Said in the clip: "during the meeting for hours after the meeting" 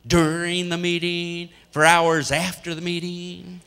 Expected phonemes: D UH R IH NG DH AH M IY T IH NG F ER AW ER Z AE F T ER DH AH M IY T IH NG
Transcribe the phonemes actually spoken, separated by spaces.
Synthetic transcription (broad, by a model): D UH R IH NG DH AH M IY T IH NG F ER AW ER Z AE F T ER DH AH M IY T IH NG